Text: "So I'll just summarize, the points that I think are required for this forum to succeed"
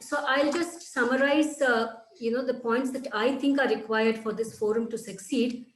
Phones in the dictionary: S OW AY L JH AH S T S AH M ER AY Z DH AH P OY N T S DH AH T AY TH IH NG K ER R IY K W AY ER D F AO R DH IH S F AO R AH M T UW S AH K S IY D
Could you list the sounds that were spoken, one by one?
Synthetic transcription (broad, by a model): S OW AY L JH AH S T S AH M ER AY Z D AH P OY N T S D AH T AY T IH NG K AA R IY K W AY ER D F AO R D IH S F AO R AH M T UW S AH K S IY D